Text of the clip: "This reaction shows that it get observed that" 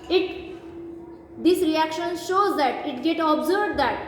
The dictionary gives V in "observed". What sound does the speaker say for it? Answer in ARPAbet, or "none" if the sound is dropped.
B